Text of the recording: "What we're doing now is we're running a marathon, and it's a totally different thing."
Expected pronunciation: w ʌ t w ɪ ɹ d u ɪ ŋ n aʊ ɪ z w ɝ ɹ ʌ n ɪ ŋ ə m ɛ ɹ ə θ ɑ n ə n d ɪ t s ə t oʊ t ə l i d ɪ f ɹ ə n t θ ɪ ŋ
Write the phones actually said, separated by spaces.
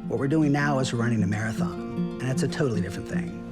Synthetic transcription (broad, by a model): w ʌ t w ɪ ɹ d u ɪ ŋ n aʊ ɪ z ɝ ɹ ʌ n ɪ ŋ ə m ɛ ɹ ə θ ɑ n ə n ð ɪ t s ə t oʊ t l i d ɪ f ɹ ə n θ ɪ ŋ